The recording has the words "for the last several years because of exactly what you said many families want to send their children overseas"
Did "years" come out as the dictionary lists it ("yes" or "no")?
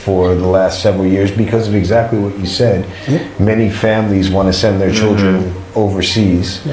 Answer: yes